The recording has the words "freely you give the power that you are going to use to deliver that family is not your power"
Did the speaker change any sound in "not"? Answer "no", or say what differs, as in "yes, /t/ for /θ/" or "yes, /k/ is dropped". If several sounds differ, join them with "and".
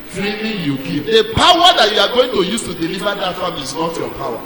no